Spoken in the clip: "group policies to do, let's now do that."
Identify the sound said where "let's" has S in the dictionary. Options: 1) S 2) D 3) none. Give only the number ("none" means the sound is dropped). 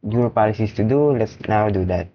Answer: 1